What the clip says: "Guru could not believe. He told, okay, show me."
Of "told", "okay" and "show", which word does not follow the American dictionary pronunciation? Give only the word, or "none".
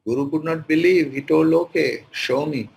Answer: told